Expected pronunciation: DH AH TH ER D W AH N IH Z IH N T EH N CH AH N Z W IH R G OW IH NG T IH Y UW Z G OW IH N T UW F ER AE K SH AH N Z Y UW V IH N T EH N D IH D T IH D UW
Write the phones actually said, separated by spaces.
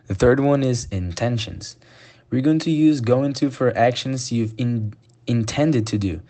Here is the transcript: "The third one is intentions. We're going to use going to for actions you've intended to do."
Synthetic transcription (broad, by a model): DH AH TH ER D W AH N IH Z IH N T EH N SH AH N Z W IH R G OW IH NG T IH Y UW Z G OW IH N T UW F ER AE K SH AH N Z Y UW V IH N T EH N D IH D T IH D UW